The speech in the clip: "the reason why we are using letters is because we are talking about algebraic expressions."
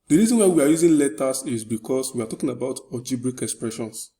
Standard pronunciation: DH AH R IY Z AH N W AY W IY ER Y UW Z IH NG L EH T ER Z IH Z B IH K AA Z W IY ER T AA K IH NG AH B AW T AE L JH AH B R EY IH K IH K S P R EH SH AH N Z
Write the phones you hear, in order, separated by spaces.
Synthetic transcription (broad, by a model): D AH R IY Z AH N W AY W IY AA Y UW Z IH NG L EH T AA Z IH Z B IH K AA S W IY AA T AA K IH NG AH B AW T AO JH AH B R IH K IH K S P R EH SH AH N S